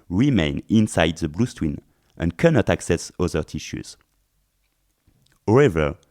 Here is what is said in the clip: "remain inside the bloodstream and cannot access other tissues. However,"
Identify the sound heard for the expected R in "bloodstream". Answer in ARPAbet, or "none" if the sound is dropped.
W